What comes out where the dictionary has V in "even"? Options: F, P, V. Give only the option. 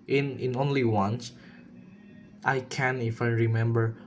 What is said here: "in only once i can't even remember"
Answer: F